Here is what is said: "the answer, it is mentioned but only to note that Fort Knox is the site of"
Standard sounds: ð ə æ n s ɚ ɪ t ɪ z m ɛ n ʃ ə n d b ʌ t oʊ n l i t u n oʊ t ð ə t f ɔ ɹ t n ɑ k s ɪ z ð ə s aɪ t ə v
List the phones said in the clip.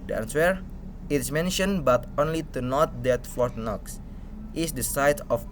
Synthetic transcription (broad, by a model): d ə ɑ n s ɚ ɪ t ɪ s m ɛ n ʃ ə n b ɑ t oʊ n l i t u n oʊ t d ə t f ɔ ɹ t n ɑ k s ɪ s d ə s aɪ t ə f